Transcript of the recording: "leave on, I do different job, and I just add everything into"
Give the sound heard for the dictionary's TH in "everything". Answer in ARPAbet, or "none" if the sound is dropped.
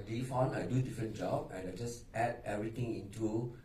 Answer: T